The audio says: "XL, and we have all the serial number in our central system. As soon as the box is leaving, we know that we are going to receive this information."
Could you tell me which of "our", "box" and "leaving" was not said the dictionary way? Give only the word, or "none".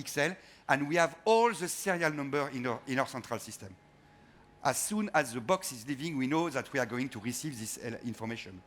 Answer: none